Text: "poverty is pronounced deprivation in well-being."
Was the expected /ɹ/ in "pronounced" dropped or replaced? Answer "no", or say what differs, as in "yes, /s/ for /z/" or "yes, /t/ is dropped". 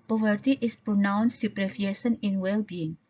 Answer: no